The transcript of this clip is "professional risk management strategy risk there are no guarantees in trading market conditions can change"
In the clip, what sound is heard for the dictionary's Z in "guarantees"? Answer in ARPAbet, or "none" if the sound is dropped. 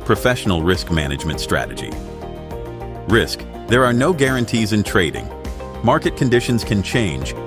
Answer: Z